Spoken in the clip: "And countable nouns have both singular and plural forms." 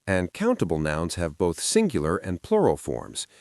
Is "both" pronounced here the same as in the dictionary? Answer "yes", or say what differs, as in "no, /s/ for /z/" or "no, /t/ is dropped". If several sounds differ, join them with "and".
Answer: yes